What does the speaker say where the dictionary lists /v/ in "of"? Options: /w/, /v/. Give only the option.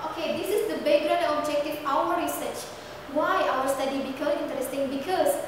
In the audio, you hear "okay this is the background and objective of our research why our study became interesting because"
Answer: /w/